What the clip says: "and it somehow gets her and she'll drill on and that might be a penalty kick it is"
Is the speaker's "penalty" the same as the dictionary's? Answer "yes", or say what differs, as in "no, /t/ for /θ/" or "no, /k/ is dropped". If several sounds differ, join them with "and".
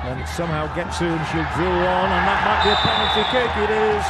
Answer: no, /n/ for /l/